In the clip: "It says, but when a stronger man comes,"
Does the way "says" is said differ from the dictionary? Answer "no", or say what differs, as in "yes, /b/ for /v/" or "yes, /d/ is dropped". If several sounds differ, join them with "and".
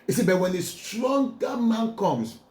yes, /z/ is dropped